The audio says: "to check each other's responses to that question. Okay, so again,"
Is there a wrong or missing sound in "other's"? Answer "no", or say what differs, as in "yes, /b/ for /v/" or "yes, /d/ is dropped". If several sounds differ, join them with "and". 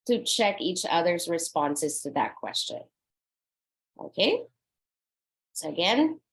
no